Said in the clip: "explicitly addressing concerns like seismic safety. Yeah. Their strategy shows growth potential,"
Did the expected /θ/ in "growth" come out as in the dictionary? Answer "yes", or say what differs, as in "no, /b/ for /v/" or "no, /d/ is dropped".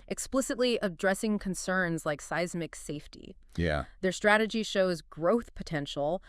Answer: yes